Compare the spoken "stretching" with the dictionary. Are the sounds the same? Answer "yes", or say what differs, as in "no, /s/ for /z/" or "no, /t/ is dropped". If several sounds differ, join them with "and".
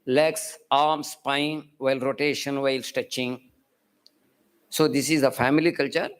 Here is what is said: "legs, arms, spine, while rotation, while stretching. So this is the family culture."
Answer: no, /ɹ/ is dropped